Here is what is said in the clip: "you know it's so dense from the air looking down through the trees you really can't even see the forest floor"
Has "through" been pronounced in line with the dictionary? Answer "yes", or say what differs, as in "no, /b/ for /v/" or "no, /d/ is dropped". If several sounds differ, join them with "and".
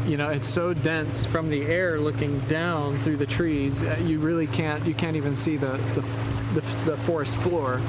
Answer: yes